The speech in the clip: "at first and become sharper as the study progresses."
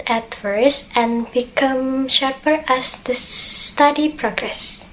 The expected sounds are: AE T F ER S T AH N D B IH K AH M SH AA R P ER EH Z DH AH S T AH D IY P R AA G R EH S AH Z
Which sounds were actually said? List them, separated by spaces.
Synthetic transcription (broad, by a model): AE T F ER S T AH N B IH K AH M SH AA R P ER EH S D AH S T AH D IY P R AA G R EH S